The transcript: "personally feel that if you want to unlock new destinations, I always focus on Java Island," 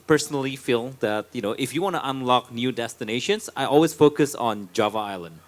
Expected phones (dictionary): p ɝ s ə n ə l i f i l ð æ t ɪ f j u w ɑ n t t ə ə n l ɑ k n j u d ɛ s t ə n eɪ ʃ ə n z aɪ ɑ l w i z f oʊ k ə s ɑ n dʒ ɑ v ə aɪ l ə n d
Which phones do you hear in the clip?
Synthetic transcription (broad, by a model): p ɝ s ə n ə l i f i l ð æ t ɪ f j u w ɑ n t t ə ə n l ɑ k n j u d ɛ s t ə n eɪ ʃ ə n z aɪ ɑ l w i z f oʊ k ə s n dʒ ɑ v ə aɪ l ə n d